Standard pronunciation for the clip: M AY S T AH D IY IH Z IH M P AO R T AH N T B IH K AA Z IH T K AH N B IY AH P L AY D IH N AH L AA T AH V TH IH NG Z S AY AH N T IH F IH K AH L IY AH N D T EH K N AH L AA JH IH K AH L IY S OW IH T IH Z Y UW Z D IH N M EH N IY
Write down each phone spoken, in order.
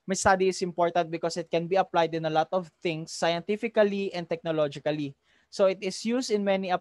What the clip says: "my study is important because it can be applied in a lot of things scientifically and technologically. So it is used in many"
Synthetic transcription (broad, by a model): M AY S T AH D IY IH S IH M P AO R T AH N T B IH K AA S IH T K AH N B IY AH P L AY D IH N AH L AA T AH V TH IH NG S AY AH N T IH F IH K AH L IY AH N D T EH K N AH L AA JH IH K AH L IY S OW IH T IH S Y UW S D IH N M EH N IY